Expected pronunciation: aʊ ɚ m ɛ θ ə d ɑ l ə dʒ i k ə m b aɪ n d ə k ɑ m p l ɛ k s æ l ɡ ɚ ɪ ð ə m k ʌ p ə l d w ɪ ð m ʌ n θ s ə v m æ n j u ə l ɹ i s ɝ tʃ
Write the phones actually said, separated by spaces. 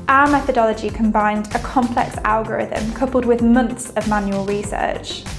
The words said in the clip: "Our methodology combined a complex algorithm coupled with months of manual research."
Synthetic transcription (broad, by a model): aʊ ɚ m ɛ θ ə d ɑ l ə dʒ i k ə m b aɪ n d ə k ɑ m p l ɛ k s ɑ l ɡ ɚ ɪ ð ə m k ʌ p ə l d w ɪ ð m ʌ n θ s ə v m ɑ n j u ə l ɹ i s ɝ tʃ